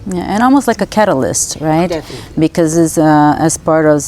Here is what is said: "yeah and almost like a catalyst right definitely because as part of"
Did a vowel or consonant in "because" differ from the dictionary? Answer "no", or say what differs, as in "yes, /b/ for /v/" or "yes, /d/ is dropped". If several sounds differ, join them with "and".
yes, /z/ is dropped